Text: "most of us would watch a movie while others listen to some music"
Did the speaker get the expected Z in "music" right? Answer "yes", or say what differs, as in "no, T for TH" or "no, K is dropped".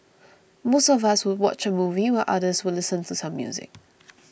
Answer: yes